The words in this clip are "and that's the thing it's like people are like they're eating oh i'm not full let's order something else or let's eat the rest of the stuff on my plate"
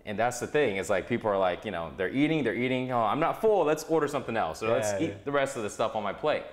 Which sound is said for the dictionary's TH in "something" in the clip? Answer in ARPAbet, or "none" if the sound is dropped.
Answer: TH